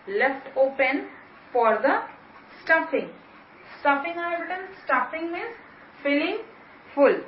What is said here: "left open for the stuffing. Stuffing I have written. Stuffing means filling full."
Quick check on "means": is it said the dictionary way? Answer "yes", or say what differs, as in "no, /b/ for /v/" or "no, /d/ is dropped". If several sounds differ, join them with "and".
no, /n/ is dropped